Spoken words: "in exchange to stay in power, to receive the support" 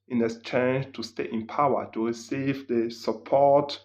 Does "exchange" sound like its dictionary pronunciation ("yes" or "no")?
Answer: no